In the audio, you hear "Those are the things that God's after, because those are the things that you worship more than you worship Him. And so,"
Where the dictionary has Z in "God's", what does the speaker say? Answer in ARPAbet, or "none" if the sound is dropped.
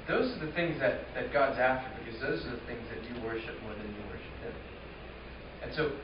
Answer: Z